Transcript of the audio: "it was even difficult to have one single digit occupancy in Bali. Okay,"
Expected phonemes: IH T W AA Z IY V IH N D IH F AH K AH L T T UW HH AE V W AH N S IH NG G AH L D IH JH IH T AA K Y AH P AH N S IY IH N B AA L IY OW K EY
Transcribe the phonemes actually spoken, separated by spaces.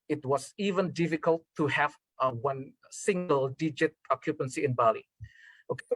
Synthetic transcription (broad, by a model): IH T W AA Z IY V IH N D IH F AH K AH L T T UW HH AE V W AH N S IH NG G AH L D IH JH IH T AA K Y AH P AH N S IY IH N B AA L IY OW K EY